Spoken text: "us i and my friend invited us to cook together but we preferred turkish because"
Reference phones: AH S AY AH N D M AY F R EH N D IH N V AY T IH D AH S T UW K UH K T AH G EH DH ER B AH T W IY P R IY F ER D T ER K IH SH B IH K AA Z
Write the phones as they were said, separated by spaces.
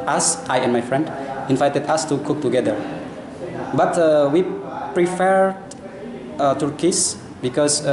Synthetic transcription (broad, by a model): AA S AY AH N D M AY F R EH N D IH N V AY T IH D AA S T UW K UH K T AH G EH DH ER B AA T W IY P R IY F ER D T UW K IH S B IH K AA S